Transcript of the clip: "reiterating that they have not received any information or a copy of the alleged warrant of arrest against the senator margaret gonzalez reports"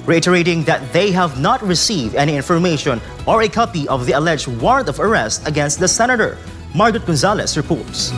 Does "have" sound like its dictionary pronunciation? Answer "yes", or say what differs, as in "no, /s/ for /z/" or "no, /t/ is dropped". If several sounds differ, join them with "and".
yes